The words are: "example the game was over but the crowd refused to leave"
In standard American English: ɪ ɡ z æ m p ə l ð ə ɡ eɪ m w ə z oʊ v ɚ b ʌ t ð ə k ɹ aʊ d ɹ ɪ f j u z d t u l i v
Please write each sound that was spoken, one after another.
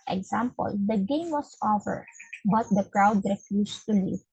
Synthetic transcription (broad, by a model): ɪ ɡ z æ m p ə l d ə ɡ eɪ m w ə s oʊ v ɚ b ʌ t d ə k ɹ aʊ d ɹ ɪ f j u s t u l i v